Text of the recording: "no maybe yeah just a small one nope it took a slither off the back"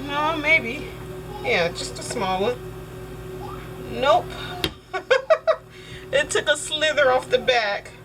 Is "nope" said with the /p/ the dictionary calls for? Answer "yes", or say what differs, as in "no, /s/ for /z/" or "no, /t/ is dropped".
yes